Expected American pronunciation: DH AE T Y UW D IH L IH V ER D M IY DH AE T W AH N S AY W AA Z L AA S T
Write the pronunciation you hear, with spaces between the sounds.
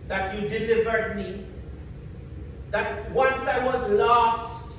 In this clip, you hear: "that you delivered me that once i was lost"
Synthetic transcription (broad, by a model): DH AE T Y UW D IH L IH V ER D M IY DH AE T W AH N S AY W AA Z L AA S T